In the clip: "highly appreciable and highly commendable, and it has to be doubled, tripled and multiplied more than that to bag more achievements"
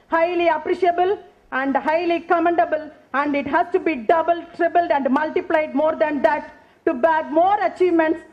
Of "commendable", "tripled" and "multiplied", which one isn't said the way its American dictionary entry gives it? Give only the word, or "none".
tripled